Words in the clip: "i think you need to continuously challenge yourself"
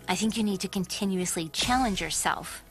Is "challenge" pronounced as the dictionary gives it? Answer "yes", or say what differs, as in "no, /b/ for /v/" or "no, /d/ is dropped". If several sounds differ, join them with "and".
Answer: yes